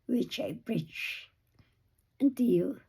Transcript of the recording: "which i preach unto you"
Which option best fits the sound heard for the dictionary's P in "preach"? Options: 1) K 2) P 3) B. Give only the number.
3